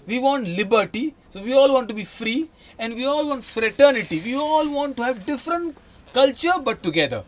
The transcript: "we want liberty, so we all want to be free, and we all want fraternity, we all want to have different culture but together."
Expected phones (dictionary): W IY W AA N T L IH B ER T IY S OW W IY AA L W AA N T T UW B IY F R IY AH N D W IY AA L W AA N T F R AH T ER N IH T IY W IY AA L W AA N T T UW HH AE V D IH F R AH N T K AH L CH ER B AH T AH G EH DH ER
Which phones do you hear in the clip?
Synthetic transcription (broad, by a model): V IY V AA N T L IH B ER T IY S OW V IY AA L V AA N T T UW B IY F R IY AH N D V IY AA L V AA N T F R AH T ER N IH T IY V IY AA L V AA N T T UW HH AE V D IH F R AH N T K AH L CH ER B AH T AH G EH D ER